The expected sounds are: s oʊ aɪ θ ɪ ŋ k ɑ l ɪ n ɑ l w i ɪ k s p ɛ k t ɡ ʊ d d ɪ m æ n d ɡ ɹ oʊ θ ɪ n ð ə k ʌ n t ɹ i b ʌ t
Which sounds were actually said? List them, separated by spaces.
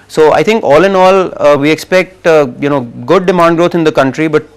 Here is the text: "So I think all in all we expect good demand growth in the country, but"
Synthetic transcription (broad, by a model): s oʊ aɪ t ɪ ŋ k ɑ l ɪ n ɑ l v i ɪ k s p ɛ k t ɡ ʊ d d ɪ m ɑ n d ɡ ɹ oʊ t ɪ n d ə k ʌ n t ɹ i b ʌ t